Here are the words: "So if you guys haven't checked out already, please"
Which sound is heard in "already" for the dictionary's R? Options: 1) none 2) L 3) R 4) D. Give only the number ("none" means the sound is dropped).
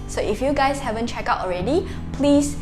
3